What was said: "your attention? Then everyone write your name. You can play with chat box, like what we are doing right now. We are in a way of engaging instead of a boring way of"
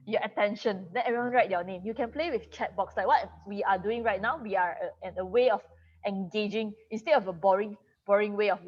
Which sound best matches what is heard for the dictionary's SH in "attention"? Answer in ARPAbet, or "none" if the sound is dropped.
SH